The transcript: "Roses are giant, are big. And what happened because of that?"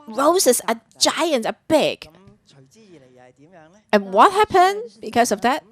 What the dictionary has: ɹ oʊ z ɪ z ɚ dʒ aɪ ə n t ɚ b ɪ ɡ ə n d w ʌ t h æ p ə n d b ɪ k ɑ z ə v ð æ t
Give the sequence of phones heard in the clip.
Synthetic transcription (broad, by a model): ɹ oʊ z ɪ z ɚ dʒ aɪ ə n t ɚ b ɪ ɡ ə n w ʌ t h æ p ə n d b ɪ k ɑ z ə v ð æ t